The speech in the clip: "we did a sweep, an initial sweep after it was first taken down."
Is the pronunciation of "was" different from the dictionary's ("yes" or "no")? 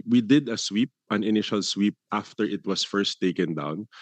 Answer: yes